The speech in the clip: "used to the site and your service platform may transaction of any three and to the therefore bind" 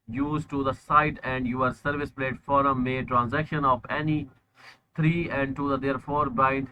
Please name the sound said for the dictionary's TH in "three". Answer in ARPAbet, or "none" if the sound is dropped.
T